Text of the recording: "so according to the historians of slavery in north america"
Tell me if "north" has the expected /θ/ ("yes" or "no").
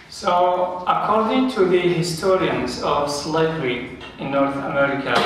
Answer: yes